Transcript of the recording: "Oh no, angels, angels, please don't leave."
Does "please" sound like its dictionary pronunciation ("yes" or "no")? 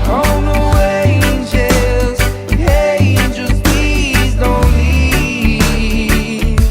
no